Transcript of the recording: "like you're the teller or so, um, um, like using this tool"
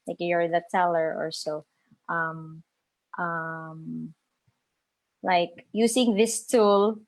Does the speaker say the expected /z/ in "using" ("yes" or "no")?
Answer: no